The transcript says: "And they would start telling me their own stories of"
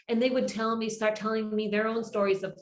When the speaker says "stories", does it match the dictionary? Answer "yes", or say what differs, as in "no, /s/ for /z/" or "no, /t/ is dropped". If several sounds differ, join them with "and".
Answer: yes